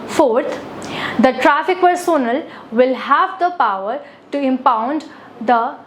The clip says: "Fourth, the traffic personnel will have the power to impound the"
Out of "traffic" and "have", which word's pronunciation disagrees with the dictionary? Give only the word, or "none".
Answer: none